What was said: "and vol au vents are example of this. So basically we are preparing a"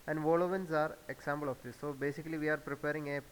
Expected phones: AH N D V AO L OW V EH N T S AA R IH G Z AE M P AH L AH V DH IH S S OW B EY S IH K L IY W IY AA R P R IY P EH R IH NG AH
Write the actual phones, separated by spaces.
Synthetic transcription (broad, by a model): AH N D V AO L OW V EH N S AA R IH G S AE M B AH L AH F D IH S S OW B EY S IH K L IY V IY AA R P R IY P EH R IH NG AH